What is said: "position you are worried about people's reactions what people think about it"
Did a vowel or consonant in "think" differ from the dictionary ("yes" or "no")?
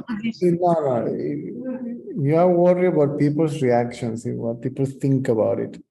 yes